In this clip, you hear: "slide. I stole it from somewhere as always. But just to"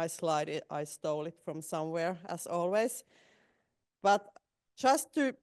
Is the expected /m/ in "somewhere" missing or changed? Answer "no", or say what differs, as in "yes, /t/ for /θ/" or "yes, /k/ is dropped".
no